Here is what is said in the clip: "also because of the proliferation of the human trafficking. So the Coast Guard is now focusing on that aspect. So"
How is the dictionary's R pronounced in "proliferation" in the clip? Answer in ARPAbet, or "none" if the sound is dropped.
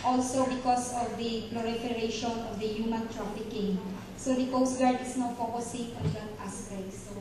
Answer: L